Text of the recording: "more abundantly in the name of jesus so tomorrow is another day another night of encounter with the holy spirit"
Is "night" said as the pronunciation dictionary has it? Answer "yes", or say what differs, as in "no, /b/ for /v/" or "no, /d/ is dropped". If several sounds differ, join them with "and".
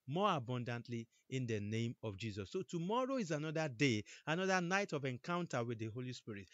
yes